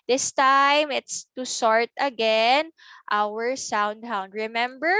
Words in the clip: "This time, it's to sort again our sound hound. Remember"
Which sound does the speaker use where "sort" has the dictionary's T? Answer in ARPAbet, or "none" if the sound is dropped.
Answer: T